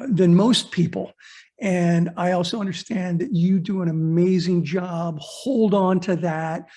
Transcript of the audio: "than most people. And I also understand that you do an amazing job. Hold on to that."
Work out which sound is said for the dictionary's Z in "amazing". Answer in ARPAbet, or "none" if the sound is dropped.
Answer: Z